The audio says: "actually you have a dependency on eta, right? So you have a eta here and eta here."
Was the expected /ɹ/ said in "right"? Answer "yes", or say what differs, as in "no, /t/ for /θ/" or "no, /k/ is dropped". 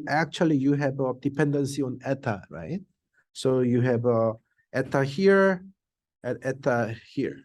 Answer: yes